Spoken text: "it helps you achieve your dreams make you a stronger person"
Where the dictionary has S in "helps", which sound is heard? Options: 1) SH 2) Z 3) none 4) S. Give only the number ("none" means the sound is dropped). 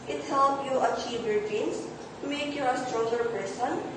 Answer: 3